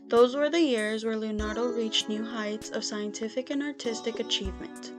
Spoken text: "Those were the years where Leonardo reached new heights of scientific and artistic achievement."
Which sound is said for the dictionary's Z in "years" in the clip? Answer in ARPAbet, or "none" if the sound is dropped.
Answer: Z